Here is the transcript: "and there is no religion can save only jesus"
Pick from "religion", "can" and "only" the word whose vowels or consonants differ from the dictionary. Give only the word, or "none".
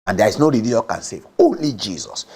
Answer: religion